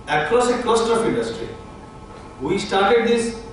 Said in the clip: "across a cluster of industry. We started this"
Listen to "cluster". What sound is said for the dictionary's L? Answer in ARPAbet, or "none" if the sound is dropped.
none